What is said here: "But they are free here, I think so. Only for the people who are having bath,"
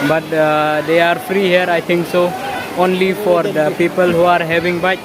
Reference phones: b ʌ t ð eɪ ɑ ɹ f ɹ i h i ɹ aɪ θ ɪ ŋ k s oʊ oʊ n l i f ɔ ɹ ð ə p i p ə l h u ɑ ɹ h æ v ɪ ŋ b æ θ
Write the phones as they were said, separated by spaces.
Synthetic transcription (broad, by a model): b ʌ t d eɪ ɑ ɹ f ɹ i h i ɹ aɪ t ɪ ŋ k s oʊ oʊ n l i f ɔ ɹ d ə p i p ə l h u ɑ ɹ h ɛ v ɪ ŋ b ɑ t